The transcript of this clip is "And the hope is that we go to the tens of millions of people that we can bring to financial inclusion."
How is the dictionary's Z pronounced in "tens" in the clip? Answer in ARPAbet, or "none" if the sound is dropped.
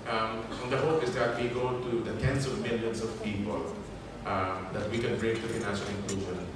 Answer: S